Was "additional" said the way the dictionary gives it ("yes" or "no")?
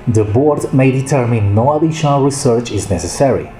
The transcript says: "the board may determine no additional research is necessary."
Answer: no